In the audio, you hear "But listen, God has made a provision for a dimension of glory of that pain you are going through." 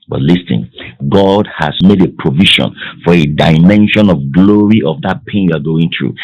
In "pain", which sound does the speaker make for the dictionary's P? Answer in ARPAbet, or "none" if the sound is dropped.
P